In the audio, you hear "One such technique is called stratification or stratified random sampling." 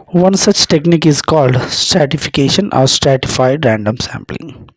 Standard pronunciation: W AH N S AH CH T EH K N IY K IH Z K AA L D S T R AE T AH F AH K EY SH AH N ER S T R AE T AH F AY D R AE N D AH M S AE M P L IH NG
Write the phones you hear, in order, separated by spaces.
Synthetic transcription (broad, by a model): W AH N S AH CH T EH K N IY K IH Z K AA L D S T R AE T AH F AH K EY SH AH N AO S T R AE T AH F AY D R AE N D AH M S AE M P L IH NG